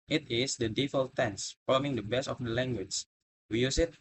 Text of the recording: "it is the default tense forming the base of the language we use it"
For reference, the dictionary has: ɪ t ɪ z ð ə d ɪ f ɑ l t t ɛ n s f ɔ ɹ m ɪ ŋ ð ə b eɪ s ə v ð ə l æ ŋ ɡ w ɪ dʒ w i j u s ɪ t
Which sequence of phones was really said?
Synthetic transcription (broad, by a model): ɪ t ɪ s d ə d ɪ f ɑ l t t ɛ n s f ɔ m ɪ ŋ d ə b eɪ s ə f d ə l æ ŋ ɡ w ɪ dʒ w i j u s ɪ t